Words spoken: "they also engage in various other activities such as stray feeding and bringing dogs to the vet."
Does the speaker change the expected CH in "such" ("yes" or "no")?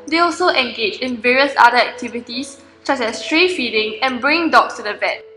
yes